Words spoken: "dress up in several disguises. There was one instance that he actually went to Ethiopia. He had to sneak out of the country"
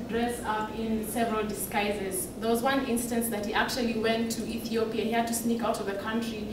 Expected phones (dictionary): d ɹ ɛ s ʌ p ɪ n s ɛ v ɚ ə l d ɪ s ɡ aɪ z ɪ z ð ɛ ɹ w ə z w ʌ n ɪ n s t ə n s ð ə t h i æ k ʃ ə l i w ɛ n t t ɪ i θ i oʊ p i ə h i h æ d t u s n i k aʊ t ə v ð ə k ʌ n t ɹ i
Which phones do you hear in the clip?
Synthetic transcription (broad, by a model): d ɹ ɛ s ʌ p ɪ n s ɛ v ɚ ə l d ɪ s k aɪ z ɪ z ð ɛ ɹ w ə z w ʌ n ɪ n s t ə n s ð ə t h i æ k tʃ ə l i w ɛ n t t ɪ i θ i oʊ p i ə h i h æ d t u s n i k aʊ t ə v ð ə k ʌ n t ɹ i